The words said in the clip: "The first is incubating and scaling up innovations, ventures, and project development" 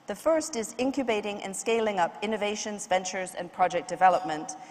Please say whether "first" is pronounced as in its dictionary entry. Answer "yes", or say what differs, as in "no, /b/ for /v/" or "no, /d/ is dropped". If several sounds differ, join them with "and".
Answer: yes